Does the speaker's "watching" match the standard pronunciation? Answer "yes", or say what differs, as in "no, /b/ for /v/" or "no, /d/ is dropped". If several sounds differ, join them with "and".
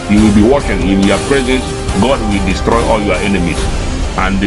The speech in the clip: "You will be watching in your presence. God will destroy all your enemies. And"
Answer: no, /ʃ/ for /tʃ/